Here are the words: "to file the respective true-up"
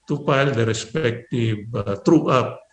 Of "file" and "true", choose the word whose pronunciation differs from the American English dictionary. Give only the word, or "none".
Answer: file